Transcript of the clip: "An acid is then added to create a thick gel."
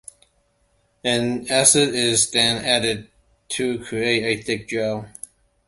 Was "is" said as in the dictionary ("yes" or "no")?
yes